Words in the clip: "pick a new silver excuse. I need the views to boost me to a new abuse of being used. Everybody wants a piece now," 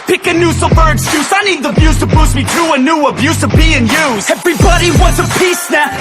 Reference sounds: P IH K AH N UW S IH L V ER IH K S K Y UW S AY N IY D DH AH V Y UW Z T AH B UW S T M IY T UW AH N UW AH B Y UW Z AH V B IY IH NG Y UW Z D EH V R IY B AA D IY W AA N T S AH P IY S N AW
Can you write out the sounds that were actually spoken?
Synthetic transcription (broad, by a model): P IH K AH N UW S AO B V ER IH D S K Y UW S AY N IY D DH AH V Y UW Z T AH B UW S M IY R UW AH N UW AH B Y UW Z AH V B IY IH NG Y UW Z EH V R IY B AA D IY W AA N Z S AH P IY S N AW